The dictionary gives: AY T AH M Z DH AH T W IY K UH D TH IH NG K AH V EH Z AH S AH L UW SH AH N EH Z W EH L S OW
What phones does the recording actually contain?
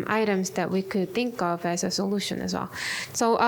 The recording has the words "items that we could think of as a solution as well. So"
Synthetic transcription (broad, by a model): AY T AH M Z DH AH T W IY K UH D TH IH NG K AH V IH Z AH S AH L UW SH AH N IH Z W EH L S OW